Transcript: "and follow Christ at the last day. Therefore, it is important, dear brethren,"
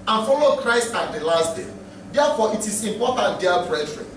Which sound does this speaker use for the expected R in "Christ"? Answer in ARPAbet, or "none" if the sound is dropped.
R